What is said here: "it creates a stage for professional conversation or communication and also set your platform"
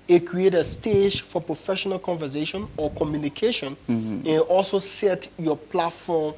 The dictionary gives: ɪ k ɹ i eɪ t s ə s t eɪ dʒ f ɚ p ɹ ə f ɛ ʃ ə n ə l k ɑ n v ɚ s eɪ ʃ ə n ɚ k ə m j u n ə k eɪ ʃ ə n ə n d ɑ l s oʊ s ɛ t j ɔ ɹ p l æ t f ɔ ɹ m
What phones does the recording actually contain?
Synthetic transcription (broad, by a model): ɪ k ɹ i eɪ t ə s t eɪ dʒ f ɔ p ɹ ə f ɛ ʃ ə n ə l k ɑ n v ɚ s eɪ ʃ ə n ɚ k ə m j u n ə k eɪ ʃ ə n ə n ɑ l s oʊ s ɛ t j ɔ p l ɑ t f ɔ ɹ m